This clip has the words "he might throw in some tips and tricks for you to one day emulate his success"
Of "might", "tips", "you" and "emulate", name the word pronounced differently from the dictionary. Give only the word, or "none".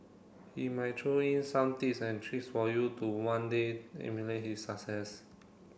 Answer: tips